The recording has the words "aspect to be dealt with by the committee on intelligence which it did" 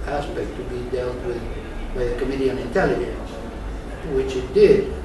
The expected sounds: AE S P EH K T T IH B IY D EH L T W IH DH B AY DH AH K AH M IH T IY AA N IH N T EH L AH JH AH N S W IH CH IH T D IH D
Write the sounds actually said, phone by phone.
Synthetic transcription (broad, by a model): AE S P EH K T T IH B IY D EH L T W IH DH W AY DH AH K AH M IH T IY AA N IH N T EH L AH JH AH N S W IH CH IH T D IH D